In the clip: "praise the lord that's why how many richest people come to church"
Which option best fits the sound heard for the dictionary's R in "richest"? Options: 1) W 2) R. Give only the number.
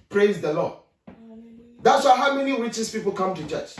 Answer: 1